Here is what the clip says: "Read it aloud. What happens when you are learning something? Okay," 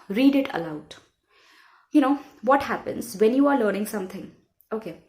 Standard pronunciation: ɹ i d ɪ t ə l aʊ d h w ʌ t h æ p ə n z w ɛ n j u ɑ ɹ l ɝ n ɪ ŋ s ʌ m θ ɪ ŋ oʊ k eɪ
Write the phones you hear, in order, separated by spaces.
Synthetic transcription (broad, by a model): ɹ i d ɪ t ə l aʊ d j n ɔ t h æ p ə n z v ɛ n j u ɑ ɹ l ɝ n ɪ ŋ s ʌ m t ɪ ŋ oʊ k eɪ